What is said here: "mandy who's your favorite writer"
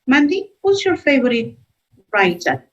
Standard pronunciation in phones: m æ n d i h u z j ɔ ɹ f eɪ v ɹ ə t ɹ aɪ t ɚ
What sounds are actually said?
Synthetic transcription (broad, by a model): m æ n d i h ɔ s j ɔ ɹ f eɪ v ɹ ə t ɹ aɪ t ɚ